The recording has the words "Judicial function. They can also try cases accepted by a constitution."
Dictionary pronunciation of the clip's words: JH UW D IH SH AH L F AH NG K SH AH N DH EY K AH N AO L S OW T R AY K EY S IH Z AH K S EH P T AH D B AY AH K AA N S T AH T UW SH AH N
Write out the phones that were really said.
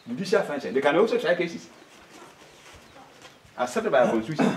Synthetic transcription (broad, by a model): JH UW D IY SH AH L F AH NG SH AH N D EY K AH N AO L S OW T R AY K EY S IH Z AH S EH T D B AY AH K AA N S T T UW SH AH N